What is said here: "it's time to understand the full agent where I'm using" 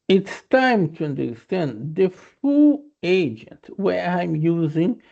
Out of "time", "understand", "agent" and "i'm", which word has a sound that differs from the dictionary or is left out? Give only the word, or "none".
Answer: none